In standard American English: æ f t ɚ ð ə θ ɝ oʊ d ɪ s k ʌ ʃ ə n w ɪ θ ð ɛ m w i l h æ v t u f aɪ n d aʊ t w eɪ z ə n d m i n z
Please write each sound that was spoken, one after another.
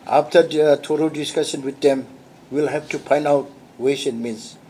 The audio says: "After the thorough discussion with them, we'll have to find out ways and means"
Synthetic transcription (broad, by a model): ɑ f t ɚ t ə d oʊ d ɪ s k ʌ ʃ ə n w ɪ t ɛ m w i l h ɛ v t u p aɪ n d aʊ t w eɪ s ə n m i n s